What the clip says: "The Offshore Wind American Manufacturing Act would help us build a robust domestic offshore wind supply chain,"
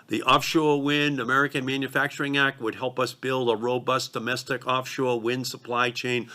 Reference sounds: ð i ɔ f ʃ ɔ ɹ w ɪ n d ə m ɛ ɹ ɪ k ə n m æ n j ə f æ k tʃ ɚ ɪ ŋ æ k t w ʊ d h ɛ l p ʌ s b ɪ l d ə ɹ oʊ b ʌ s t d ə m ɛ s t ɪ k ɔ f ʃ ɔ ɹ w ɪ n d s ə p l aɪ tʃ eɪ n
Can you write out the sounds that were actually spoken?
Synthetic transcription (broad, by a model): ð i ɔ f ʃ ɔ ɹ w ɪ n d ə m ɛ ɹ ɪ k ə n m æ n j ə f æ k tʃ ɚ ɪ ŋ æ k t w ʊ d h ɛ l p ʌ s b ɪ l d ə ɹ oʊ b ʌ s d ə m ɛ s t ɪ k ɔ f ʃ ɔ ɹ w ɪ n d s ə p l aɪ tʃ eɪ n